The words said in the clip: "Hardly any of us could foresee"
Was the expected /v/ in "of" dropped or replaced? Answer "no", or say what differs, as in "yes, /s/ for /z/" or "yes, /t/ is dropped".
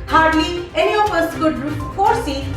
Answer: yes, /p/ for /v/